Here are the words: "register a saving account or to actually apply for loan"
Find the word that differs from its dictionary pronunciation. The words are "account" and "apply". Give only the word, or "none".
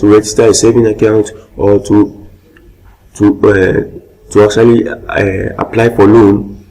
none